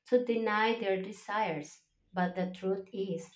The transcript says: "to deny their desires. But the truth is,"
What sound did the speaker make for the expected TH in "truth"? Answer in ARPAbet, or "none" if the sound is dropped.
T